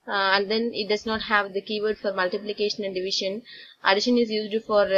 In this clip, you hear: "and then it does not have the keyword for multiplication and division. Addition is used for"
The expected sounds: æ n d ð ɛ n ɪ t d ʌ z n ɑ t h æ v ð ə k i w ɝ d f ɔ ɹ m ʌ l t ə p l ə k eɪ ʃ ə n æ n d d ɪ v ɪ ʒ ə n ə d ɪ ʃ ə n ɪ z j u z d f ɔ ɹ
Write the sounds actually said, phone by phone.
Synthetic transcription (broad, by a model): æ n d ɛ n ɪ t d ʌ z n ɑ t h æ v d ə k i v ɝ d f ɔ ɹ m ʌ l t ə p l ə k eɪ ʃ ə n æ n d d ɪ v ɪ ʃ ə n ə d ɪ ʃ ə n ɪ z j u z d f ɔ ɹ